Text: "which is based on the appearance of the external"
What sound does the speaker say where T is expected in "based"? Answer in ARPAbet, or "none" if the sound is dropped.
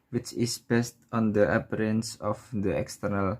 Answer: T